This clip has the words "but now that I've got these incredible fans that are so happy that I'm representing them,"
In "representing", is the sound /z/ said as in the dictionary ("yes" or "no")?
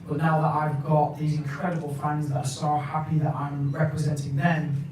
yes